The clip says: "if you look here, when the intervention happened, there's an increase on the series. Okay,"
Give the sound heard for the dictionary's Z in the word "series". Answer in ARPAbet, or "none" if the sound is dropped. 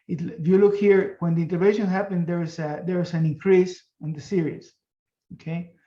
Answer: S